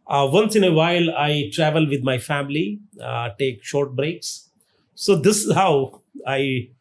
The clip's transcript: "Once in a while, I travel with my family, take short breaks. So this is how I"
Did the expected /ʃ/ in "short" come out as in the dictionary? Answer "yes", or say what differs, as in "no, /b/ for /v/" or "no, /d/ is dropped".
yes